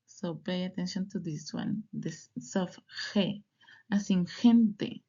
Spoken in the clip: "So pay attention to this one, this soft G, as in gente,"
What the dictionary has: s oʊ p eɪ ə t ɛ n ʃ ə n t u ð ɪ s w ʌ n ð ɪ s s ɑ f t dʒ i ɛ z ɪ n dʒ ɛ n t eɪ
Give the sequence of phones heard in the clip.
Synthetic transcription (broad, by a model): s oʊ p eɪ ə t ɛ n ʃ ə n t u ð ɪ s w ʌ n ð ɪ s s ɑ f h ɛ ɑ s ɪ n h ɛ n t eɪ